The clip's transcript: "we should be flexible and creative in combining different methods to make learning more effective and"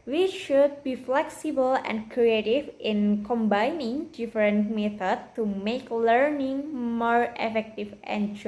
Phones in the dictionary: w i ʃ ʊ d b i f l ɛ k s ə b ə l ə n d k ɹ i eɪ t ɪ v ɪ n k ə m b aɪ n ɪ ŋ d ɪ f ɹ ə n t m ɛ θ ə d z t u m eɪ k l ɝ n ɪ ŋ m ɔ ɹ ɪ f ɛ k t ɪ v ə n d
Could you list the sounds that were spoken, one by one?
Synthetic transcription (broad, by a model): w i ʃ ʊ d b i f l ɛ k s ə b ə l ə n k ɹ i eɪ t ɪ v ɪ n k ə m b aɪ n ɪ ŋ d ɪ f ɹ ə n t m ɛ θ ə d t u m eɪ k l ɝ n ɪ ŋ m ɔ ɹ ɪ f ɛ k t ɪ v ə n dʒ